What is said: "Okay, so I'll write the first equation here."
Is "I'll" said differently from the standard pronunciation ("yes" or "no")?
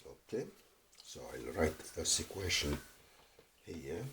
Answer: no